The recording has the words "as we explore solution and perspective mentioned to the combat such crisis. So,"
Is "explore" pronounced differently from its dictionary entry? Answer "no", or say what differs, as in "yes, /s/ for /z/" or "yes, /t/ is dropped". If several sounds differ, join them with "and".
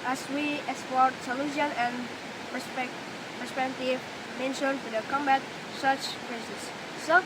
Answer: yes, /l/ is dropped